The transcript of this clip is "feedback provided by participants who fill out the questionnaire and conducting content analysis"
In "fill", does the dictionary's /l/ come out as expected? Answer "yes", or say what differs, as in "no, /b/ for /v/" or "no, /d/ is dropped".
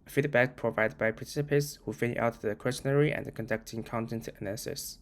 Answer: no, /n/ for /l/